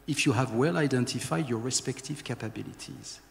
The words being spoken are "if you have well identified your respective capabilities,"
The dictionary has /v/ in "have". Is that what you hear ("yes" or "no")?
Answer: yes